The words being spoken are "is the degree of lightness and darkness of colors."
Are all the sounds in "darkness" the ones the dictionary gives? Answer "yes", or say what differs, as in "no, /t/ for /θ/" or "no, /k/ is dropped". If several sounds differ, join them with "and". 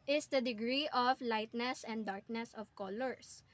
yes